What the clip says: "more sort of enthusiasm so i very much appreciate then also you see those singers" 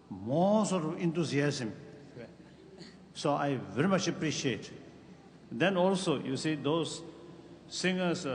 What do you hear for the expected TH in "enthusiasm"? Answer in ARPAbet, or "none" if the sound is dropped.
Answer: T